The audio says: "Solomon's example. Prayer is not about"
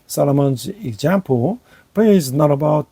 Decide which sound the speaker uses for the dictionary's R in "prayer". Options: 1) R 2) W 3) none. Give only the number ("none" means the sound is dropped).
3